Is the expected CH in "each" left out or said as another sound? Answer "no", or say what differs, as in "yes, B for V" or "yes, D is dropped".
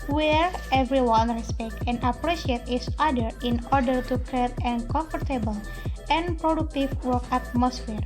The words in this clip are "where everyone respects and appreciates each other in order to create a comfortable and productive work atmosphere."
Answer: yes, S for CH